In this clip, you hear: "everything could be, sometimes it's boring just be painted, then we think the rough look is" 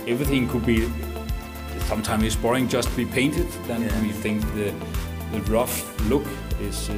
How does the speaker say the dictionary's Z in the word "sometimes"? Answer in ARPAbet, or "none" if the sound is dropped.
none